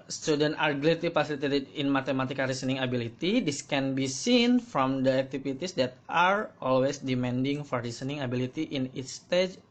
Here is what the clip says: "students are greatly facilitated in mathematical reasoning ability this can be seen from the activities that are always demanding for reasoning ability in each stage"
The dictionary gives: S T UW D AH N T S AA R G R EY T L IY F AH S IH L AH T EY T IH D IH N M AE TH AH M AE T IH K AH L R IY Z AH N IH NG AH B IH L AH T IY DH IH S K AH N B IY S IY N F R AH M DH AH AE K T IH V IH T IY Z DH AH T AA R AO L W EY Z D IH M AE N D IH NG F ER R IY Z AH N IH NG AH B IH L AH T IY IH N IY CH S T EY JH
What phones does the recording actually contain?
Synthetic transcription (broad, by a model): S T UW D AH N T AA R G L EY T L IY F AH S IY L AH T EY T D IH N M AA T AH M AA T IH K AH R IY S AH N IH NG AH B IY L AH T IY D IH S K AH N B IY S IY N F R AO M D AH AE K T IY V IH T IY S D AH T AA R AO L W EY S D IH M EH N D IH NG F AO R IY S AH N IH NG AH B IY L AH T IY IH N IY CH S T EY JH